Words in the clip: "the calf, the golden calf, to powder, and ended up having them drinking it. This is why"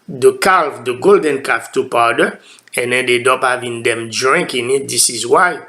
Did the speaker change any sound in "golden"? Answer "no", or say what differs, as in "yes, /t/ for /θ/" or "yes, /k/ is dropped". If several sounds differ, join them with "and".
no